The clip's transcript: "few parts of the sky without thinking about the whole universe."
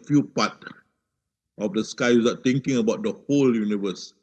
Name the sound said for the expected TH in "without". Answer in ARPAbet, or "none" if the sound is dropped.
S